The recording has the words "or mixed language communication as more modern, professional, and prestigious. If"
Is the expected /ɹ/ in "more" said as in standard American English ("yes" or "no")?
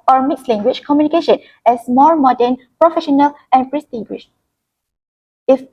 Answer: no